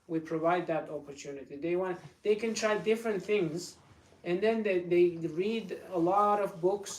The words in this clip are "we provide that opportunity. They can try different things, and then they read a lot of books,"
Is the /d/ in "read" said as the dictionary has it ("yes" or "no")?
yes